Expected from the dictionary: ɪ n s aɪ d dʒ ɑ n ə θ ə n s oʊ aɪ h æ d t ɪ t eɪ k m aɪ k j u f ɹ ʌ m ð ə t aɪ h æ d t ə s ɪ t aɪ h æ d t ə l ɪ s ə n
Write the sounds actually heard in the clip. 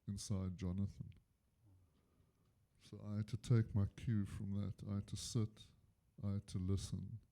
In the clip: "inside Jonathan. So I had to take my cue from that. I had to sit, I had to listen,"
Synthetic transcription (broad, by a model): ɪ n s aɪ d dʒ ɑ n ə θ ə n s oʊ aɪ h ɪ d t ɪ t eɪ k m aɪ k j u f ɹ ʌ m ð ə t aɪ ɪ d t ə s ɪ t aɪ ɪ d t ə l ɪ s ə n